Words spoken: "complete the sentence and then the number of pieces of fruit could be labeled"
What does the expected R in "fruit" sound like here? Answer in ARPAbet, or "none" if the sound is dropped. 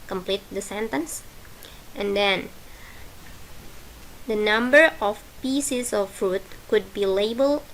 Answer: R